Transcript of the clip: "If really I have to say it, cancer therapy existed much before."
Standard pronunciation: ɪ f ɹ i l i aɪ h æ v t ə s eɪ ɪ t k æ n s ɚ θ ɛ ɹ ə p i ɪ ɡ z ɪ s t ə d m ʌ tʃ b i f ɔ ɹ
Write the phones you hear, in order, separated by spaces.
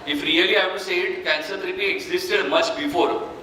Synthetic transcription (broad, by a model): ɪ f ɹ i l i aɪ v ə s eɪ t k æ n s ɚ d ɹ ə b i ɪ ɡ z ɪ s t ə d m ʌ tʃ b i f ɔ ɹ